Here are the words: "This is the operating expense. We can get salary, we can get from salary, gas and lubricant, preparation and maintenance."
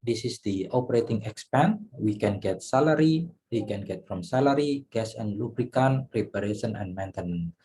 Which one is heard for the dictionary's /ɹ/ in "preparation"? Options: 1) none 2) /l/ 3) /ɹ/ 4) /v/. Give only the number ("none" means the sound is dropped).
1